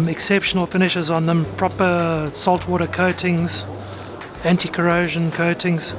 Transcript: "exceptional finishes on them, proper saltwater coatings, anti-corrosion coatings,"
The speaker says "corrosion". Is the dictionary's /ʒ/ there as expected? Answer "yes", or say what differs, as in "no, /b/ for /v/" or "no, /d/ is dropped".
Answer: yes